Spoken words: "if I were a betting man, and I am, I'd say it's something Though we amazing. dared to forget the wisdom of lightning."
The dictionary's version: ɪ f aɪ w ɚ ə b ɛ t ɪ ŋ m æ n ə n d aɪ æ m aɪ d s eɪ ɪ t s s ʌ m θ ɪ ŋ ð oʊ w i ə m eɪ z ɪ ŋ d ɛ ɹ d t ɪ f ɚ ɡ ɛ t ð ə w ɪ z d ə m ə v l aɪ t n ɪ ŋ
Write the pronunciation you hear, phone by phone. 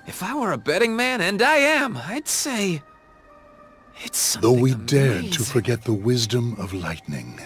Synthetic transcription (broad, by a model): ɪ f aɪ w ɚ ə b ɛ t ɪ ŋ m æ n ə n d aɪ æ m aɪ d s eɪ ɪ t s s ð oʊ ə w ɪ d ɛ ɹ d t ɪ f ɚ ɡ ɛ t ð ə w ɪ z d ə m ə v l aɪ t n ɪ ŋ